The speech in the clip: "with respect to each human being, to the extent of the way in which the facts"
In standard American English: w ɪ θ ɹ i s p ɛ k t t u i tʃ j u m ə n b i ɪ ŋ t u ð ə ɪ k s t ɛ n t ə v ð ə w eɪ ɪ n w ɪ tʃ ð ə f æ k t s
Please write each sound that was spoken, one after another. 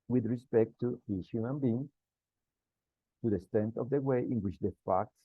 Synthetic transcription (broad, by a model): w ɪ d ɹ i s p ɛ k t t u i s j u m ə n b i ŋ t u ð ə s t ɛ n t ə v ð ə w eɪ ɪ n w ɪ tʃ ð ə f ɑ k t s